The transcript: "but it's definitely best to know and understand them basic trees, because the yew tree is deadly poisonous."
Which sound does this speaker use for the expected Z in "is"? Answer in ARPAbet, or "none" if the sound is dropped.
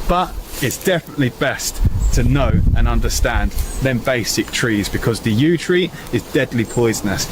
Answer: Z